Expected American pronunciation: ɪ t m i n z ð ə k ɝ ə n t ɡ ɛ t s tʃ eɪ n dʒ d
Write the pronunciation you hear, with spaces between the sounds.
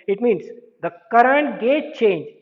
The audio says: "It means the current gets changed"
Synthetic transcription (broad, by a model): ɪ t m i n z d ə k ɝ ə n t ɡ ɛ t tʃ eɪ n dʒ